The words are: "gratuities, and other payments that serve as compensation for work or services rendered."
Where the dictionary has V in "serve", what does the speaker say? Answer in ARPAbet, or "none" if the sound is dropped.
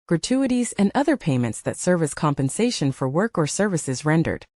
V